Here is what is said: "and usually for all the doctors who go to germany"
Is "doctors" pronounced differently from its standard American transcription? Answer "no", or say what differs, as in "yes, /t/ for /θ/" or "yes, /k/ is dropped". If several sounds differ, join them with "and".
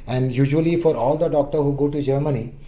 yes, /z/ is dropped